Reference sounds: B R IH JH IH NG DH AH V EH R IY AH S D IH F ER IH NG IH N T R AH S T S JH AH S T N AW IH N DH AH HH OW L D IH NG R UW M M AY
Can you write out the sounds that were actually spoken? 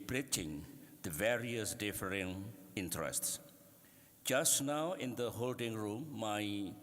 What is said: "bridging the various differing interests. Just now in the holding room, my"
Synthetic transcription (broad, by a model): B R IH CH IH NG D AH V EH R IY AH S D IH F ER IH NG IH N T R AH S T S JH AH S T N AW IH N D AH HH OW L D IH NG R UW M M AY